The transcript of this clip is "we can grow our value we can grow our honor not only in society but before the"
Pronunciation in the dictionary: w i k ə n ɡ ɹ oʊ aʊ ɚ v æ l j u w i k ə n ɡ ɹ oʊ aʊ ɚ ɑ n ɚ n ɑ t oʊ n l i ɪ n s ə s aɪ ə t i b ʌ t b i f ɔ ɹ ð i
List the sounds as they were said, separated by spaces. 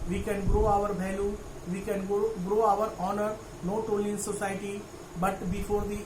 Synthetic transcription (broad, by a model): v i k ə n ɡ ɹ oʊ aʊ ɚ b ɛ l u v i k ə n ɡ ɹ oʊ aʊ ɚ ɑ n ɚ n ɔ t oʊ l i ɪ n s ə s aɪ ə t i b ʌ t b i f ɔ ɹ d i